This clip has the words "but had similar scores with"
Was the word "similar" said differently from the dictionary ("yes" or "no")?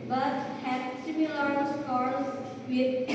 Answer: no